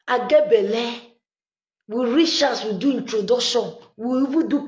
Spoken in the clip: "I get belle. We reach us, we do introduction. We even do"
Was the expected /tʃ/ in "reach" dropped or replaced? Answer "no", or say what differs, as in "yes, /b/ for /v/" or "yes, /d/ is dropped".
yes, /ʃ/ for /tʃ/